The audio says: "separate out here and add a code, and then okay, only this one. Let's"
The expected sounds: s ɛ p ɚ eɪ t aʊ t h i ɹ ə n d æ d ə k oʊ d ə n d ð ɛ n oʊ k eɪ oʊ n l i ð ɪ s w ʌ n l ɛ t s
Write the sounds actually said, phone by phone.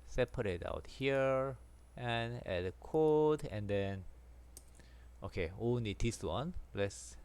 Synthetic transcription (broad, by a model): s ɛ p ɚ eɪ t aʊ t h i ɹ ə n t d ə k oʊ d ə n d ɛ n oʊ k eɪ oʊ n i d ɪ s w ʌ n l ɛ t s